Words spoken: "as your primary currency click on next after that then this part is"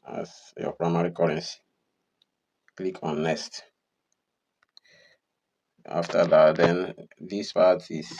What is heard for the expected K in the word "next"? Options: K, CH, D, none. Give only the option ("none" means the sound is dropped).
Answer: none